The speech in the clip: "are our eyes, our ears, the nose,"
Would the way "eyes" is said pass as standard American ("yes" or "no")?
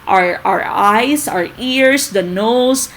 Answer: no